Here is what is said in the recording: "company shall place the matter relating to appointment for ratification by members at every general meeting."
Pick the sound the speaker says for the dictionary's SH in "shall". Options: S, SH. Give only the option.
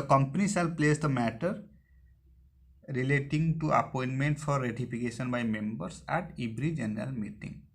S